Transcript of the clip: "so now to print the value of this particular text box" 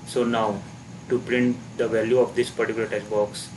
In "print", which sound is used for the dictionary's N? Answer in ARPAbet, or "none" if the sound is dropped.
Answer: N